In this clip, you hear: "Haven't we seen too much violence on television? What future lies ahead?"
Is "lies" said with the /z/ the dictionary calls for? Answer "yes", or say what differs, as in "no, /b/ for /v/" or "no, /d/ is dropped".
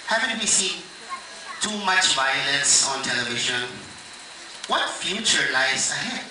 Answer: no, /s/ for /z/